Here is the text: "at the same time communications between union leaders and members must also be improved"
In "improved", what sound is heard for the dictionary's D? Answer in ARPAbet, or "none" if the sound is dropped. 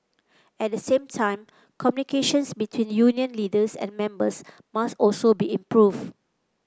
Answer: none